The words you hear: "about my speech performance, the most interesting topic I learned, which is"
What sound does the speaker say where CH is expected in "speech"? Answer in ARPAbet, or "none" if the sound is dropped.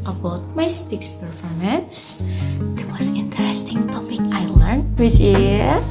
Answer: S